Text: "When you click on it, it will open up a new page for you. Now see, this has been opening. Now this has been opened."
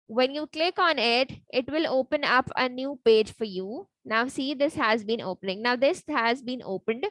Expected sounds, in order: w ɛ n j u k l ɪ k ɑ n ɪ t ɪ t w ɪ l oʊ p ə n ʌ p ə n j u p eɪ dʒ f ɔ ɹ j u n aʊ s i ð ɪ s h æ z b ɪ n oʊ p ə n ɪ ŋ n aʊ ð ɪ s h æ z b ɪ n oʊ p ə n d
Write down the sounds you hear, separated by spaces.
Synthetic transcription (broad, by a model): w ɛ n j u k l ɪ k ɑ n ɪ t ɪ t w ɪ l oʊ p ə n ʌ p ə n j u p eɪ dʒ f ɔ ɹ j u n aʊ s i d ɪ s h æ z b ɪ n oʊ p ə n ɪ ŋ n aʊ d ɪ s h æ z b ɪ n oʊ p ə n d